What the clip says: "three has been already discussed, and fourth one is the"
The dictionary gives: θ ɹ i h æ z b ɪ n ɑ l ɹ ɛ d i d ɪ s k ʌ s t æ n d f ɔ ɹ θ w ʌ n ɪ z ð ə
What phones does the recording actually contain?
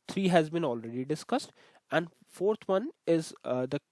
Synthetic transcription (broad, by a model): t ɹ i h æ z b ɪ n ɑ l ɹ ɛ d i d ɪ s k ʌ s t æ n d f ɔ ɹ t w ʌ n ɪ z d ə